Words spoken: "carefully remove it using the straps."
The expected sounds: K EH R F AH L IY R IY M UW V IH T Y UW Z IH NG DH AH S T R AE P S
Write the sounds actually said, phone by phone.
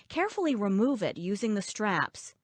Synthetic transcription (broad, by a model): K EH R F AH L IY R IY M UW V IH T Y UW Z IH NG DH AH S T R AE P S